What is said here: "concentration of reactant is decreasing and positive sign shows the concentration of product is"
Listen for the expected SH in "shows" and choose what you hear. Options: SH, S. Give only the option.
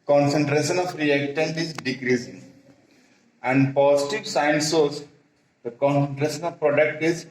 S